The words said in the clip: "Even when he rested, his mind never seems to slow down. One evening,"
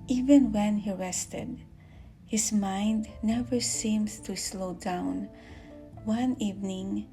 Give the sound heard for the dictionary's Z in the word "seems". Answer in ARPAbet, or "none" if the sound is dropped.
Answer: S